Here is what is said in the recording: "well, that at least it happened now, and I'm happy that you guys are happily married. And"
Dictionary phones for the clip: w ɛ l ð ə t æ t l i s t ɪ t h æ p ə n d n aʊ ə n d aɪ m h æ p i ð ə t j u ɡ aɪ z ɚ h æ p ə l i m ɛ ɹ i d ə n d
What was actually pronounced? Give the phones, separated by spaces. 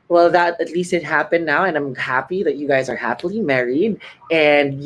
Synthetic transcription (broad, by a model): w ɛ l ð ə t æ t l i s t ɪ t h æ p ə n n aʊ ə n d aɪ m h æ p i ð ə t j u ɡ aɪ z ɚ h æ p ə l i m ɛ ɹ i d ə n d